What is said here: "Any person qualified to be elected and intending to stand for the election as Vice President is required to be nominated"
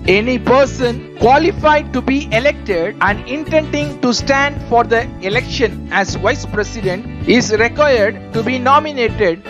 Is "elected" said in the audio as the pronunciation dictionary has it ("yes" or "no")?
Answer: yes